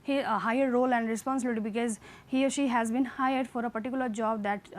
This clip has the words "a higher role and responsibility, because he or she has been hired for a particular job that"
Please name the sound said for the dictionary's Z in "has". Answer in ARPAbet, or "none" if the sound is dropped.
Z